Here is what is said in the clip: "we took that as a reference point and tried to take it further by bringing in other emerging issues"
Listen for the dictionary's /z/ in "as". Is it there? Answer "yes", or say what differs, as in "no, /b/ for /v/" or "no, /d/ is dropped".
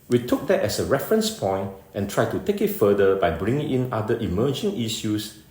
no, /s/ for /z/